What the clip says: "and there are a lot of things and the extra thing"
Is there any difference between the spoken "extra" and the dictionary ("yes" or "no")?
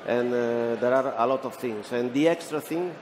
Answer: no